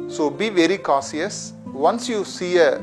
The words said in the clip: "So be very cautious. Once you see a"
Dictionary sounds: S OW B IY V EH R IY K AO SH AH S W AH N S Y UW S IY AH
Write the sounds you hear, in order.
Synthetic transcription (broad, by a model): S OW B IY V EH R IY K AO S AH S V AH N S Y UW S IY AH